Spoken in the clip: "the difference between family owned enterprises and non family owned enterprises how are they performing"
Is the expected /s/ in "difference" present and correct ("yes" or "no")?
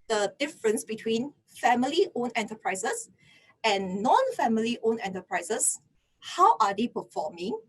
yes